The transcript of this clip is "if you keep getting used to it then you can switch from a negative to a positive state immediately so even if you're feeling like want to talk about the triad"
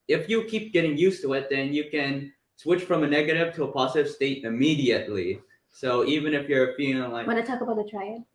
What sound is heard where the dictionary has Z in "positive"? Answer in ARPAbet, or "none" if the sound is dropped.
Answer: Z